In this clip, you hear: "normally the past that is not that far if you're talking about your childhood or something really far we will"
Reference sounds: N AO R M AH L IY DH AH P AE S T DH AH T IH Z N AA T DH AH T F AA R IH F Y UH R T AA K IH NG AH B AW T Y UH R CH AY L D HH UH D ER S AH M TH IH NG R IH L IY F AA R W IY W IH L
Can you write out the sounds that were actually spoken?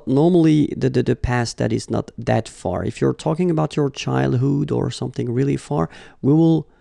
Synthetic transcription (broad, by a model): N AO R M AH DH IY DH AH P AE S T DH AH T IH Z N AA T DH AH T F AA R IH F Y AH R T AA K IH NG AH B AW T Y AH R CH AY L D HH UH D ER S AH M TH IH NG R IH L IY F AA R W IY W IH L